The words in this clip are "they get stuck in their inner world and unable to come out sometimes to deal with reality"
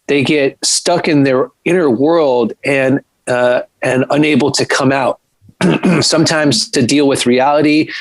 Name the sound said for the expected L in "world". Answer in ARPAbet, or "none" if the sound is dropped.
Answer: L